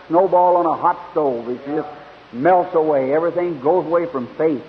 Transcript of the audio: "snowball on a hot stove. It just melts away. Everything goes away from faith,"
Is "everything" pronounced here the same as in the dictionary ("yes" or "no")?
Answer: yes